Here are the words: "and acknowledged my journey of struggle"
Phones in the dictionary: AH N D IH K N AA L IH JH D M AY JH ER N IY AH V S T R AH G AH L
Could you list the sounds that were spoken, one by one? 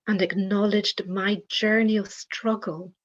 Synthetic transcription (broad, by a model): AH N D IH K N AA L IH JH D M AY JH ER N IY AH V S T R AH G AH L